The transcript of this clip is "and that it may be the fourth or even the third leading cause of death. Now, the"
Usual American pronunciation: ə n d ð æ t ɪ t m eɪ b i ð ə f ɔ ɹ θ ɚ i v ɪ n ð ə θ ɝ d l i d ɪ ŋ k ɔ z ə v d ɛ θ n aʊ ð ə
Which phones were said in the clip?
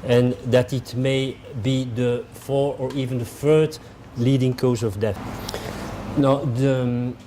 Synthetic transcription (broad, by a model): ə n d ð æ t ɪ t m eɪ b i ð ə f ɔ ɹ ɚ i v ɪ n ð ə f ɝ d l i d ɪ ŋ k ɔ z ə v d ɛ θ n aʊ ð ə